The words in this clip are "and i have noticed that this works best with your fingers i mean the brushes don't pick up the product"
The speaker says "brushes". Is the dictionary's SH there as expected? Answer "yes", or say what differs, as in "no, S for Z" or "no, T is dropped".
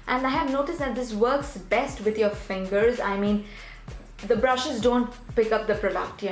yes